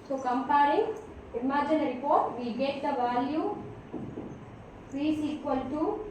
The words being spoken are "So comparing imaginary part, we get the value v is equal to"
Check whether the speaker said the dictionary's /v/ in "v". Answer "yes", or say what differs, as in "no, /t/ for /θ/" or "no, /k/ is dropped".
no, /f/ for /v/